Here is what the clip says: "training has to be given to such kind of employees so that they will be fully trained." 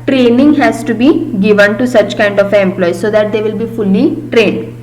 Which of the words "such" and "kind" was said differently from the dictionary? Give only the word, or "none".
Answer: none